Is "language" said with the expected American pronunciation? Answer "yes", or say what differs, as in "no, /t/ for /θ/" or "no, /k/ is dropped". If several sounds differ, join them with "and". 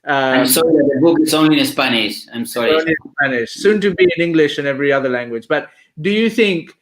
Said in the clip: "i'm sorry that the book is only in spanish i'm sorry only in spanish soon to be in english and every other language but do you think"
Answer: yes